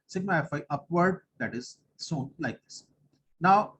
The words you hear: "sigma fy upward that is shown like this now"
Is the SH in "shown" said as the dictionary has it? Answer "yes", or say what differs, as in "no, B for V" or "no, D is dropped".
no, S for SH